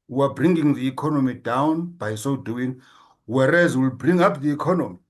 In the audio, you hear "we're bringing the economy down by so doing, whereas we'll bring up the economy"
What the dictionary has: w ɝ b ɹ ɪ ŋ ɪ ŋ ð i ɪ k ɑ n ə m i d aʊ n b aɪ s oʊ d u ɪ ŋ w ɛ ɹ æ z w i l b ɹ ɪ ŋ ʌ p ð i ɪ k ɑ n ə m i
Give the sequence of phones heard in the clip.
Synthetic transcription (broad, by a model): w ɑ b ɹ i ŋ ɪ ŋ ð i k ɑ n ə m i d aʊ n b aɪ s oʊ d u ɪ ŋ w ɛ ɹ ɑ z w i l b ɹ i ŋ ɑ p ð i k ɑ n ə m i